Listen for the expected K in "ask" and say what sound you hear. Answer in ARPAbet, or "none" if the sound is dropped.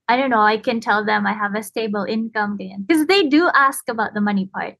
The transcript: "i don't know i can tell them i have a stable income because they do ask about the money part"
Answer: K